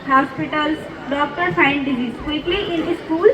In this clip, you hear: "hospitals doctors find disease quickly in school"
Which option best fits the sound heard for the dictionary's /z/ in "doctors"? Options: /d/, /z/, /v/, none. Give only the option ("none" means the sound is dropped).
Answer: none